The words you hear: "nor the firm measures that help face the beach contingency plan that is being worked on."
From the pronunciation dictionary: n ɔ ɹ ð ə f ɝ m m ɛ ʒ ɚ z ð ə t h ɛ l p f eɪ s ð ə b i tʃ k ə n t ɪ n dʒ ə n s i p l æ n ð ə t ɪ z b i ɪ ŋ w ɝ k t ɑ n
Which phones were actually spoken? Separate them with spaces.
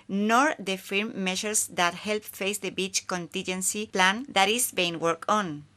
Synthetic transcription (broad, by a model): n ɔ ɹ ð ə f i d m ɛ ʃ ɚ s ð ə t h ɛ l p f eɪ s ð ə b i tʃ k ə n t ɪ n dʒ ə n s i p l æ n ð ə t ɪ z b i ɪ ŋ w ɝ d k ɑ n